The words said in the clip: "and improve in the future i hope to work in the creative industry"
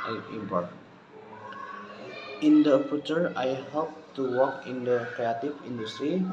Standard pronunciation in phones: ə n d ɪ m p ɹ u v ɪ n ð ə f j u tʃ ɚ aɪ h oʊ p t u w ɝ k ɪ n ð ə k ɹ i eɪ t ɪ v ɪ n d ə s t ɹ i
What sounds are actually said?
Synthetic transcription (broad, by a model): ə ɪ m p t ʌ ɪ n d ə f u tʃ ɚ aɪ h oʊ p t u w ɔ k ɪ n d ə k ɹ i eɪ t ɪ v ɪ n d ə s t ɹ i